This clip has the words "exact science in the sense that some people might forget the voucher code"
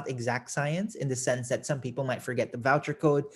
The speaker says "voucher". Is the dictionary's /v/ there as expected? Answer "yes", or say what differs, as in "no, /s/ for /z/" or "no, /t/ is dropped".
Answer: yes